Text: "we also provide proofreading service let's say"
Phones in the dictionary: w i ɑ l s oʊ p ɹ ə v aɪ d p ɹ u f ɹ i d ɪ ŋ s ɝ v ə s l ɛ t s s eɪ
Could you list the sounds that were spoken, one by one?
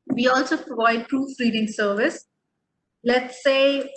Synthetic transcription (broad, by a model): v i ɑ l s oʊ p ɹ ə v aɪ d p ɹ u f ɹ i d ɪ ŋ s ɝ v ə s l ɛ t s s eɪ